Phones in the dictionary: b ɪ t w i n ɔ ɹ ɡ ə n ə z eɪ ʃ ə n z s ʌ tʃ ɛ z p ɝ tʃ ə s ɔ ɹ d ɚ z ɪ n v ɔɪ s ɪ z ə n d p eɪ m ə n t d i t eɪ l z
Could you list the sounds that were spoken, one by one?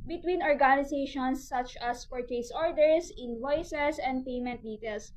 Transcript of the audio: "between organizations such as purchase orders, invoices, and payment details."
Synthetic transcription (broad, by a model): b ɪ t w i n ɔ ɹ ɡ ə n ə s eɪ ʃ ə n s ʌ tʃ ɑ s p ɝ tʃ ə s ɔ ɹ d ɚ s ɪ n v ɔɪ s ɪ s ə n d p eɪ m ə n t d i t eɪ l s